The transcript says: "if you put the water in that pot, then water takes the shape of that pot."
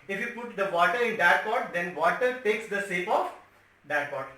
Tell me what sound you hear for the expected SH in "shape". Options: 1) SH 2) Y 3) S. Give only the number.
3